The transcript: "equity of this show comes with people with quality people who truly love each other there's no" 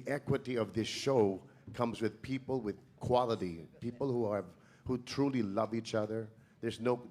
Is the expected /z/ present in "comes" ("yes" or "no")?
yes